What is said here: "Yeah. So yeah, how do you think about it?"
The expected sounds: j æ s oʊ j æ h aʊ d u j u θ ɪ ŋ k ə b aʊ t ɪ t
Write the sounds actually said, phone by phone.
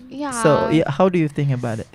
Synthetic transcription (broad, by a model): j s oʊ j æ h aʊ d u j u θ ɪ ŋ k ə b aʊ t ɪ t